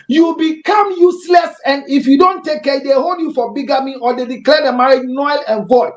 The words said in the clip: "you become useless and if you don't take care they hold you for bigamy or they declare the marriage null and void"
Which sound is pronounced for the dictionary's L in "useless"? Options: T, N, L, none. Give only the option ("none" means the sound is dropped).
L